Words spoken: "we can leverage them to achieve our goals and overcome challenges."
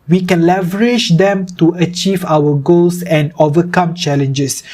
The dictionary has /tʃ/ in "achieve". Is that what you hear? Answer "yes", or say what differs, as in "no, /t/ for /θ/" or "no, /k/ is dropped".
yes